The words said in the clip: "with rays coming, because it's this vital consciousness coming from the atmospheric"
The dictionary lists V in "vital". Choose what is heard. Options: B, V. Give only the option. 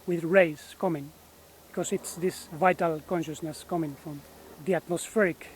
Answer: V